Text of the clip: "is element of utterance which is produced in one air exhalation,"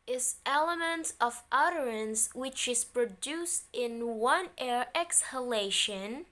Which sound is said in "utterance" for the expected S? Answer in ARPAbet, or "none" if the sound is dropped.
S